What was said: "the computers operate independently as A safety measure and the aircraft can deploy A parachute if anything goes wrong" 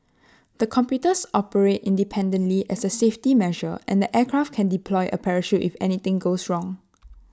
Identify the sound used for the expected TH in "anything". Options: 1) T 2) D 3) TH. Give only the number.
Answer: 1